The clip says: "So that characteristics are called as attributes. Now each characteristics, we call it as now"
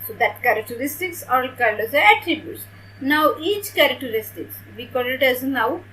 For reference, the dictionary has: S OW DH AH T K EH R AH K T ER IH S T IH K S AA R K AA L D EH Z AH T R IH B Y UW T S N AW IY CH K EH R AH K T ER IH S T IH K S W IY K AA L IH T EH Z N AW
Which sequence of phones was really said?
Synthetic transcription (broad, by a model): S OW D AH T K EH R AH K T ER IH S T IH K S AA L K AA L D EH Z AH T R IH B Y UW T S N AW IY CH K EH R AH K T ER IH S T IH K S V IY K AA L IH T EH Z N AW